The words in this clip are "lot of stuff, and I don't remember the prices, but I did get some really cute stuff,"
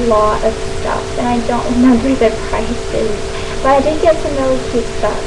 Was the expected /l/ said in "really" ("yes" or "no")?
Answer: no